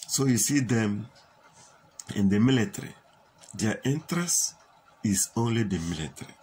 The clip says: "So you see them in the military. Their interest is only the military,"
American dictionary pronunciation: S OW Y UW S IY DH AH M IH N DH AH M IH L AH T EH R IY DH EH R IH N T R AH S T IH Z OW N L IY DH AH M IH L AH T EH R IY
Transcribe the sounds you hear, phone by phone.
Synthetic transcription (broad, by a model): S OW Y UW S IY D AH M IH N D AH M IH L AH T R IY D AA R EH N T R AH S IH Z OW N L IY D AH M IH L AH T R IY